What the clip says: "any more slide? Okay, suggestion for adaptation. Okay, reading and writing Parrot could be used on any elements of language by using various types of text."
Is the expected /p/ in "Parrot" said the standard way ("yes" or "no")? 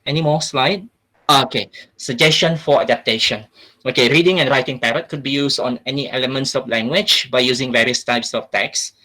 yes